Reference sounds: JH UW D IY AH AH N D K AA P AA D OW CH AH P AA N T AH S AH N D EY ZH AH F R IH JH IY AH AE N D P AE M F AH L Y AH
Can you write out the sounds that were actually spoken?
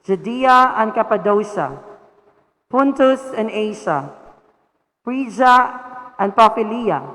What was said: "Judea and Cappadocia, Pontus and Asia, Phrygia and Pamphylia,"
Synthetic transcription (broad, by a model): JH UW D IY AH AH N K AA P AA D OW SH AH P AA N T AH S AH N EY SH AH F R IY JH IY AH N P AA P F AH L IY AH